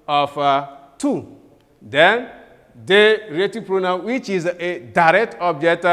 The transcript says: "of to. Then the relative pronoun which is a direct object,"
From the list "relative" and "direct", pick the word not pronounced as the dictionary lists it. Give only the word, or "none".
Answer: relative